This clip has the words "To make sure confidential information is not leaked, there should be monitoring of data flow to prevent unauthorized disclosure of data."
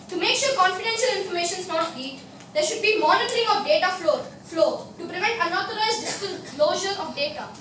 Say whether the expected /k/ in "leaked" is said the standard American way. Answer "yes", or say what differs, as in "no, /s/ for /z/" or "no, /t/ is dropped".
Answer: no, /k/ is dropped